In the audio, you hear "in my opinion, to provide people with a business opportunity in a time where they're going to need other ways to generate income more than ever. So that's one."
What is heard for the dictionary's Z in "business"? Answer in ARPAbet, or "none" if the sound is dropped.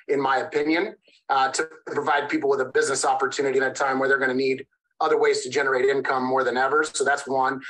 Z